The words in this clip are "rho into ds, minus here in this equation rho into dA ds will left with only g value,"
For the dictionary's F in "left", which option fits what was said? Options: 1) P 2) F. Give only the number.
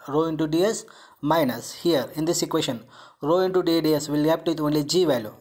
1